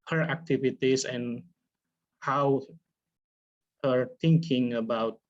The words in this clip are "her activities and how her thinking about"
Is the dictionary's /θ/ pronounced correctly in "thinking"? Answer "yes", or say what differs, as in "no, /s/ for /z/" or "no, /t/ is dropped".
no, /t/ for /θ/